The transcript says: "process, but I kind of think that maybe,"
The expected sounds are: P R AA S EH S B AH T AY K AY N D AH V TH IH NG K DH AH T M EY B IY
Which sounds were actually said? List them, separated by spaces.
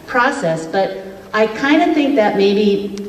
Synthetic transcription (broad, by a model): P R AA S EH S B AH T AY K AY N D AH TH IH NG K DH AH T M EY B IY